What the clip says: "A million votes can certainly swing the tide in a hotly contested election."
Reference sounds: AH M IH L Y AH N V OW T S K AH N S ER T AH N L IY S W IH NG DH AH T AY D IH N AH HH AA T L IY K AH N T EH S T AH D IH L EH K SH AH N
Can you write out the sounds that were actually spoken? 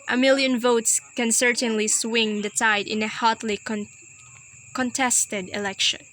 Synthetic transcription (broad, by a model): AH M IH L Y AH N V OW T S K AH N S ER T AH N L IY S W IH NG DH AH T AY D IH N AH HH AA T L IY K AH N T EH S T AH D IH L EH K SH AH N